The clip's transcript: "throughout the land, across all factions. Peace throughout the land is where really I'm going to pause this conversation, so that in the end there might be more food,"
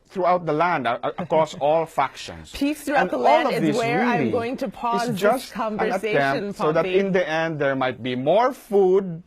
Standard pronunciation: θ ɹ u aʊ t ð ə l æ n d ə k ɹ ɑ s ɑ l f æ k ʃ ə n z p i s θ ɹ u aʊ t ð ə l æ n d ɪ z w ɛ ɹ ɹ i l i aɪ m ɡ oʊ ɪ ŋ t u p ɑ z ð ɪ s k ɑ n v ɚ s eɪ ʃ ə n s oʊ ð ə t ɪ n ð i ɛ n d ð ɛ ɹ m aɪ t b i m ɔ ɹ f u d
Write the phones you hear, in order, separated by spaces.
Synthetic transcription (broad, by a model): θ ɹ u aʊ t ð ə l æ n d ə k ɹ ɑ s ɑ l f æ k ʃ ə n s p i s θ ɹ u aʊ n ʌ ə l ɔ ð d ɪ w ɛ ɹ ɹ i l i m ɡ oʊ ɪ ŋ t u p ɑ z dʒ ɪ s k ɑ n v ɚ ʌ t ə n s oʊ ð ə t ɪ n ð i ɛ n d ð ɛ ɹ m aɪ t b i m ɔ ɹ f u d